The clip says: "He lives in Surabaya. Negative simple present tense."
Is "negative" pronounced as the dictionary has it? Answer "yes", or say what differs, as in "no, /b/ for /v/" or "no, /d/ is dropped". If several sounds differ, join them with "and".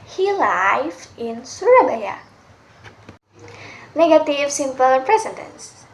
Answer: yes